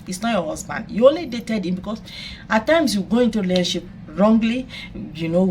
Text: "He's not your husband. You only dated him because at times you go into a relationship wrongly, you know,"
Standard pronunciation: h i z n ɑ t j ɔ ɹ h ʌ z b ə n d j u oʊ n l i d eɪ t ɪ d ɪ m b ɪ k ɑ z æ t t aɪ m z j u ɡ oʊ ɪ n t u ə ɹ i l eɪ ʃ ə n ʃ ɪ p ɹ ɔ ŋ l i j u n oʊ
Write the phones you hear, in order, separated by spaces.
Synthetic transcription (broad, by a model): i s n ɑ t j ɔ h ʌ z b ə n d j u oʊ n l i d eɪ t ɪ d ɪ m b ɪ k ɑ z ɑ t t aɪ m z j u ɡ oʊ ɪ n t u l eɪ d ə ʃ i p ɹ ɔ ŋ l i j u n oʊ